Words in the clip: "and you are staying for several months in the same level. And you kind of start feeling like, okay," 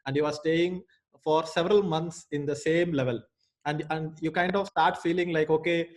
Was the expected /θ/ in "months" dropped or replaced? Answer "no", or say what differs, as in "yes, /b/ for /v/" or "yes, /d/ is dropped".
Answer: yes, /t/ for /θ/